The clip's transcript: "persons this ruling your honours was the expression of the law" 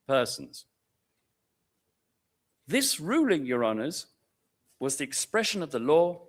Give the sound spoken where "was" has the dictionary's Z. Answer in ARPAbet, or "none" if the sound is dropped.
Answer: Z